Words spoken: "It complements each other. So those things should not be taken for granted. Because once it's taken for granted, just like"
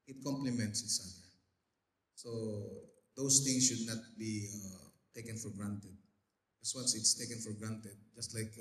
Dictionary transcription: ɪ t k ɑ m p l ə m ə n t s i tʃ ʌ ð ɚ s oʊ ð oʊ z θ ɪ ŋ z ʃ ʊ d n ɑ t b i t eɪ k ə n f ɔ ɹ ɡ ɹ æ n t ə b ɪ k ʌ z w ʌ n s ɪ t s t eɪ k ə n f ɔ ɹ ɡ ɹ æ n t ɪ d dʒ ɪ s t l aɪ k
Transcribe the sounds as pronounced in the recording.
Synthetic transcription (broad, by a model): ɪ t k ɑ m p l ə m ə n t s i s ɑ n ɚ s oʊ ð oʊ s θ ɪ ŋ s ʃ ʊ d n ɑ t b i t eɪ k ə n f ɔ ɹ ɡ ɹ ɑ n t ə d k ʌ s w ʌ n s ɪ t s t eɪ k ə n f ɔ ɹ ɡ ɹ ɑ n t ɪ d dʒ ɪ s t l aɪ k